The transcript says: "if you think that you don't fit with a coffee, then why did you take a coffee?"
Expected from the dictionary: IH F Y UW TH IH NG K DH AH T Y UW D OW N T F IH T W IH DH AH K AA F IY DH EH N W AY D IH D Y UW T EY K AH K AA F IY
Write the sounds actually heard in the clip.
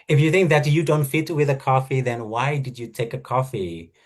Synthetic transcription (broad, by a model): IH F Y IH TH IH NG K DH AH T Y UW D OW N T F IH T W IH DH AH K AA F IY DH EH N W AY D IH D Y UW T EY K AH K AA F IY